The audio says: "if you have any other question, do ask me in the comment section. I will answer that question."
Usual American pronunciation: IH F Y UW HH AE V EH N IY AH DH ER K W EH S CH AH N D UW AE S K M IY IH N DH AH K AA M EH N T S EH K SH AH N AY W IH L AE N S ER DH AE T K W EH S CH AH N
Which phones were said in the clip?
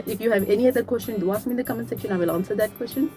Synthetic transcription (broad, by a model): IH F Y UW HH AE V EH N IY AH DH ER K W EH S CH AH N D UW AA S M IY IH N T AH K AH M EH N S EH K AH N AY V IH L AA N S ER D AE T K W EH S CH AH N